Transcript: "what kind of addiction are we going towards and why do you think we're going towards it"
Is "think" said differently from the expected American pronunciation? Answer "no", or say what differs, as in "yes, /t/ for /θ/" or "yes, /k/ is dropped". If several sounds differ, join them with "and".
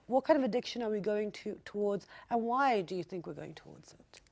no